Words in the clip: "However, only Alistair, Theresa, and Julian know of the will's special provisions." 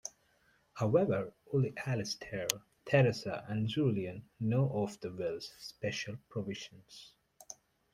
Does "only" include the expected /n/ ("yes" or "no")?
no